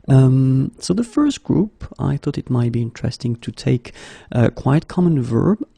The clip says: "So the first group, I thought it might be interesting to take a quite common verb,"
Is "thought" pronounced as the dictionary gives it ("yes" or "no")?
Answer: yes